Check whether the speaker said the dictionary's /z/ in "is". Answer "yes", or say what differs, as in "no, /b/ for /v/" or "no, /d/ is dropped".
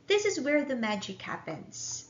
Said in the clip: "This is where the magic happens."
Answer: yes